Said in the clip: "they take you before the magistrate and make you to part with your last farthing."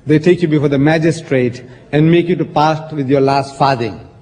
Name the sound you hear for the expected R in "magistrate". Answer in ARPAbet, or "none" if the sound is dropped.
R